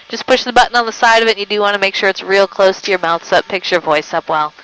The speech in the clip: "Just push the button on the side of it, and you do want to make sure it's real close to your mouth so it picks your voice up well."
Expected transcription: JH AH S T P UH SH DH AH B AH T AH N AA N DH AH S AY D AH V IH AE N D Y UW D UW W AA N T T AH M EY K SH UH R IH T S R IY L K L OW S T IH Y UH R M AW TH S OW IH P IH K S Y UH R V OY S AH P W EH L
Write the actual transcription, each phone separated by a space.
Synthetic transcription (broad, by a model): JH AH S P UH SH DH AH B AH T N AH N DH AH S AY D AH V IH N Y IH D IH W AA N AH M EY K SH UH R IH T S R IY L K L OW S T IH Y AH R M AW TH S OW IH P IH K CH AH R V OY S AH P W EH L